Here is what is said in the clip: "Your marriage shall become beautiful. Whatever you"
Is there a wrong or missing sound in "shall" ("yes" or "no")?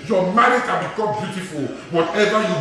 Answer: yes